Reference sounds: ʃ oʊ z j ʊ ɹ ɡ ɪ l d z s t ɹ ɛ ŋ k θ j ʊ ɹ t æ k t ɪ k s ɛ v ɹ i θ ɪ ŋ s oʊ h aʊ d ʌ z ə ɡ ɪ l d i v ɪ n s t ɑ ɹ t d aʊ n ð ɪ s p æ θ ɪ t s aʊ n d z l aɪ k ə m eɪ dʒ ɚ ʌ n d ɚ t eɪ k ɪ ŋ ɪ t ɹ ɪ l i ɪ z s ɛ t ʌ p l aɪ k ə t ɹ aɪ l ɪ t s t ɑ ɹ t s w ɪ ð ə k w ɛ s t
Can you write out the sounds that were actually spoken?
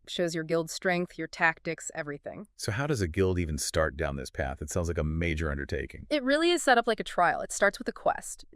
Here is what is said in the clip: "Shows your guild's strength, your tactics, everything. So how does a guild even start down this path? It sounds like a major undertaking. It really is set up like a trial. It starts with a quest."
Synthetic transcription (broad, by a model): ʃ oʊ z j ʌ ɹ ɡ ɪ l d s t ɹ ɛ ŋ k θ j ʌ ɹ t æ k t ɪ k s ɛ v ɹ i θ ɪ ŋ s oʊ h aʊ d ʌ z ə ɡ ɪ l d i v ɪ n s t ɑ ɹ t d aʊ n ð ɪ s p æ θ ɪ t s aʊ n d z l aɪ k ə m eɪ dʒ ɚ ʌ n d ɚ t eɪ k ɪ ŋ ɪ t ɹ ɪ l i ɪ z s ɛ t ʌ p l aɪ k ə t ɹ aɪ l ɪ t s t ɑ ɹ t s w ɪ ð ə k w ɛ s t